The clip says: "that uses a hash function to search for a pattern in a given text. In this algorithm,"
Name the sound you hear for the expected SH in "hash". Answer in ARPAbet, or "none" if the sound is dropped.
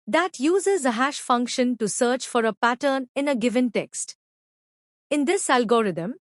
SH